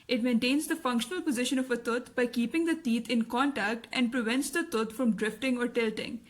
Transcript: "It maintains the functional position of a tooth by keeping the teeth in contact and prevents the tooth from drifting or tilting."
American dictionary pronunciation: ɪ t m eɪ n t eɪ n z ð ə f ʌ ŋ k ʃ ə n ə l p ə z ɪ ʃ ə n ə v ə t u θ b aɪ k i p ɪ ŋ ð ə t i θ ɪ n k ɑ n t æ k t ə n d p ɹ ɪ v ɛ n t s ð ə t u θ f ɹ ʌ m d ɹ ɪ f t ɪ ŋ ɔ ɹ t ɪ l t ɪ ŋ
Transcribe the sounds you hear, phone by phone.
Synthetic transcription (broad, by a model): ɪ t m eɪ n t eɪ n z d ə f ʌ ŋ k ʃ ə n ə l p ə z ɪ ʃ ə n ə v ə t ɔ t b aɪ k i p ɪ ŋ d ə t i t ɪ n k ɑ n t æ k t ə n d p ɹ ɪ v ɛ n t s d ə t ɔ t f ɹ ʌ m d ɹ ɪ f t ɪ ŋ ɔ ɹ t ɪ l t ɪ ŋ